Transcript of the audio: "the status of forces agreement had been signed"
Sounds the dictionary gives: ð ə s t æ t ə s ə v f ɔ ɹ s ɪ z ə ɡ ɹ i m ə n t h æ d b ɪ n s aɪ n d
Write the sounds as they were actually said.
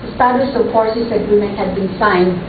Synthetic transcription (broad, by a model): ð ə s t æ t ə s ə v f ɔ ɹ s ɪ s ə ɡ ɹ i m ə n t h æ d b ɪ n s aɪ n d